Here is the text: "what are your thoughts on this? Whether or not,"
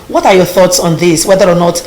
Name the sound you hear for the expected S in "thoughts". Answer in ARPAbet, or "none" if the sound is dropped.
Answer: S